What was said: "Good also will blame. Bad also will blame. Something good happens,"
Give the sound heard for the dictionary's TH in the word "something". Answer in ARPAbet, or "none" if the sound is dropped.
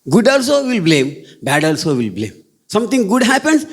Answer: T